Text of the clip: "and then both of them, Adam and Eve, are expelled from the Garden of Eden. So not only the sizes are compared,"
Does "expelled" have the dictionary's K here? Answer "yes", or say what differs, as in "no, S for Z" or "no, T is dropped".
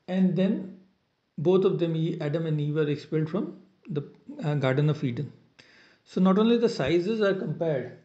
yes